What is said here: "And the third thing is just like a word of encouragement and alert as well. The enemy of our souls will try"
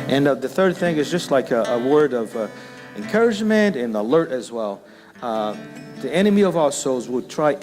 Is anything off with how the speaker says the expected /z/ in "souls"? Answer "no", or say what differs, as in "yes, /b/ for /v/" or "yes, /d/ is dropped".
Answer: no